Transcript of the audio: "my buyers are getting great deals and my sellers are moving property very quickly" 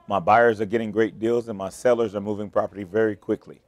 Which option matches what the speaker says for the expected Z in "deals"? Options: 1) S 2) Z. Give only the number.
2